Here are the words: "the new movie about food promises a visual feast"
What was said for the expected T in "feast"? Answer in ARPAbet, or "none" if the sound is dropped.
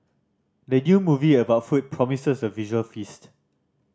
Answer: T